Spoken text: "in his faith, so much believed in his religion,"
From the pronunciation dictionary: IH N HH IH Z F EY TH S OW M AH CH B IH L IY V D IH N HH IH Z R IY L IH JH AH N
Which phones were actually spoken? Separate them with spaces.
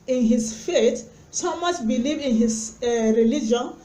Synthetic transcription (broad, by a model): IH N HH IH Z F EY T S OW M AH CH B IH L IY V IH N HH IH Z R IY L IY JH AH N